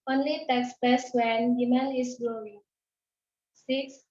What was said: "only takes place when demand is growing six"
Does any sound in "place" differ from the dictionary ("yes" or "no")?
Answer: yes